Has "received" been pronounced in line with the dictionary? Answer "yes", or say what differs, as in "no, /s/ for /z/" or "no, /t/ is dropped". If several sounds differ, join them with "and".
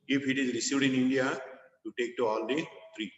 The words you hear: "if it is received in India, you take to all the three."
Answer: no, /v/ is dropped